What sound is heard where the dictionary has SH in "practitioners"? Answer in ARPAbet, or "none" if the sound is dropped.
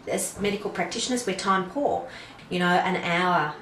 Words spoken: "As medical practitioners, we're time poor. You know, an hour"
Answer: SH